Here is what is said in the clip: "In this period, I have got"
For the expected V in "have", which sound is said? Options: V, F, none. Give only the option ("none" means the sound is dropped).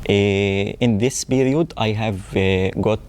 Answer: V